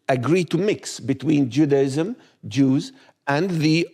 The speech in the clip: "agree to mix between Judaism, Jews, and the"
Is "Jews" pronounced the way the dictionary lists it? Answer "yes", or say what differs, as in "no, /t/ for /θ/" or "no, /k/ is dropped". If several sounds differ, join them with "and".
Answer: yes